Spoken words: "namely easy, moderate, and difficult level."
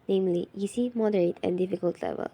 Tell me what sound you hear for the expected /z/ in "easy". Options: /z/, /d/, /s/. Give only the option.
/s/